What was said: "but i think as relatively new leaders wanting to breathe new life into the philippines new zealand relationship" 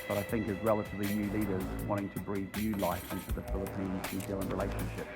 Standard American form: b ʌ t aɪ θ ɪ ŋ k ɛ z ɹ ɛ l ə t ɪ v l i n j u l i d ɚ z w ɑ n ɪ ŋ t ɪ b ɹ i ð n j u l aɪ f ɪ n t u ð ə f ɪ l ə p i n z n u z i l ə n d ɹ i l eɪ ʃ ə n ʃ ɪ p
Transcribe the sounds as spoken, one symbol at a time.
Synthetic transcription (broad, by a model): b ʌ t aɪ θ ɪ ŋ k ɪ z ɹ ɛ l ə t ɪ v l i n j u l i d ɚ z w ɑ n ɪ ŋ t ɪ b ɹ i ð n j u l aɪ f ɪ n t u ð ə f ɪ l ə p i n z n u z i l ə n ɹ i l eɪ ʃ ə n ʃ ɪ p